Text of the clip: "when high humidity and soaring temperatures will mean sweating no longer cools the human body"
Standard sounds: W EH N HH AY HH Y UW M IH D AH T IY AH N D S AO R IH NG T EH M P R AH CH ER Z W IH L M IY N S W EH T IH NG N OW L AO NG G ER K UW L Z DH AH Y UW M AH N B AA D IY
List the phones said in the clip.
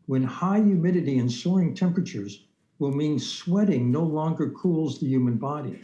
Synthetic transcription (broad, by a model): W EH N HH AY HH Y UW M IH D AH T IY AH N S AO R IH NG T EH M P R AH CH ER Z W IH L M IY N S W EH T IH NG N OW L AO NG G ER K UW L Z DH AH Y UW M AH N B AA D IY